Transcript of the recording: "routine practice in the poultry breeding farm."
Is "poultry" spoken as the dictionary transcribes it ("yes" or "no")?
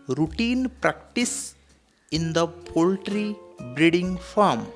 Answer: yes